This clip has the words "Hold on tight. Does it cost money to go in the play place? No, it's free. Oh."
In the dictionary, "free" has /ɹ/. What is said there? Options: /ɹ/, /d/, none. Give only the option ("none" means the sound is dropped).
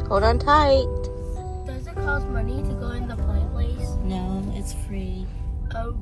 /ɹ/